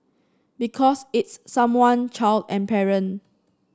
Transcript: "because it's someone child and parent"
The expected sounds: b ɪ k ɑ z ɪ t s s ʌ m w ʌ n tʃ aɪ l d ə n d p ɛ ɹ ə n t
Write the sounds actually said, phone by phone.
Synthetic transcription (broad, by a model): b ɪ k ɑ s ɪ t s s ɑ m w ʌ n tʃ aɪ l d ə n p ɛ ɹ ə n